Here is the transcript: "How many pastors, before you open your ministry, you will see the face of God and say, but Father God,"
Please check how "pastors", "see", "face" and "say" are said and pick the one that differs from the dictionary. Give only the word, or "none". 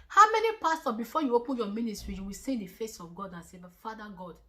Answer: pastors